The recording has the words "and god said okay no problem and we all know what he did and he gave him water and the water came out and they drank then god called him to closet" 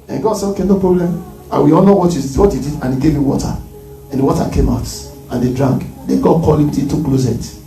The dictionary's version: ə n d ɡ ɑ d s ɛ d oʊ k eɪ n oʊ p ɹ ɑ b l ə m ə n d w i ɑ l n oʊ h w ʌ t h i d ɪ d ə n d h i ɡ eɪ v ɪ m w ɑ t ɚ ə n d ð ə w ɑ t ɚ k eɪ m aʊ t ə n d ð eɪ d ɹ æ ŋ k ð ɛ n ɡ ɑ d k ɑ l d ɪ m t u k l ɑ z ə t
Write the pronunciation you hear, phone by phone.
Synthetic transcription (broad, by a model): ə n ɡ ɑ d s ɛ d oʊ k eɪ n oʊ p ɹ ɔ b l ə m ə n w i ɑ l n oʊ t w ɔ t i d ɪ d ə n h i ɡ eɪ v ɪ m w ɑ t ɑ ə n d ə w ɑ t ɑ k eɪ m aʊ t ə n d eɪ d ɹ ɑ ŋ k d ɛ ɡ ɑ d k ɑ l ɪ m t u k l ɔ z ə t